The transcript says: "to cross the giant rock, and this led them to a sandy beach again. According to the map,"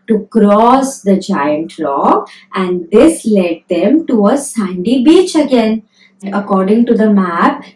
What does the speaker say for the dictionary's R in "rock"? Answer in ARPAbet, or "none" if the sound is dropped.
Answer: L